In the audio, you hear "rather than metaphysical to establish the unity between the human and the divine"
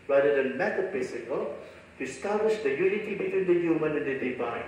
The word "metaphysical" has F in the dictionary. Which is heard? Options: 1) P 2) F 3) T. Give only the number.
1